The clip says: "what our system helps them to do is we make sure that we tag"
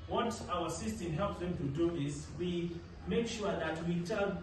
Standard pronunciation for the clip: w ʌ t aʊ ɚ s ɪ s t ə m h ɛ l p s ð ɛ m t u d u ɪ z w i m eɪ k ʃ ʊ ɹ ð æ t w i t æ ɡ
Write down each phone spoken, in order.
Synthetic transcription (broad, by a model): w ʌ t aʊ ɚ s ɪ s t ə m h ɛ l p s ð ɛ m t u d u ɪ s w i m eɪ k ʃ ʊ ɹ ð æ t w i t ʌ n